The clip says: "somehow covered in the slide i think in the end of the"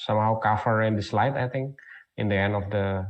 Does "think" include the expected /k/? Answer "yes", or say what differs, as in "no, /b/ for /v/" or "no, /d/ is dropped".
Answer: no, /k/ is dropped